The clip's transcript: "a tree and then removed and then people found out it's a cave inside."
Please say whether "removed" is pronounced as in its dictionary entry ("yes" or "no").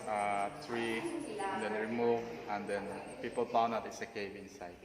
no